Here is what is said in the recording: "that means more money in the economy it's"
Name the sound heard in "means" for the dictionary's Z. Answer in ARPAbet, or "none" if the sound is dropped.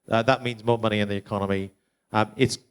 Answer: Z